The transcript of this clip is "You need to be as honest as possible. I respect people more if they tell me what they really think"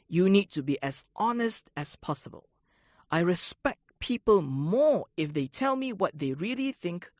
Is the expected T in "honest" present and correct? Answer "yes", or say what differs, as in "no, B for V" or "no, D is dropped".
yes